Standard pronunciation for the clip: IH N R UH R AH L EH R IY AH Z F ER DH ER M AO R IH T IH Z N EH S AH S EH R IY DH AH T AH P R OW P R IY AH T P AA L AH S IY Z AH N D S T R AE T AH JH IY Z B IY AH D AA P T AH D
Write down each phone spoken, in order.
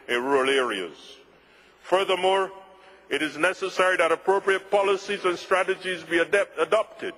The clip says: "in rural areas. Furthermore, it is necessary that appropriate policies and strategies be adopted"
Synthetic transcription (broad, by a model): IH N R R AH L EH R IY AH Z F ER DH ER M AO R IH T IH Z N EH S AH S EH R IY DH AH T AH P R OW P R IY AH T P AA L AH S IY Z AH N S T R AE T AH JH IY Z B IY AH D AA P T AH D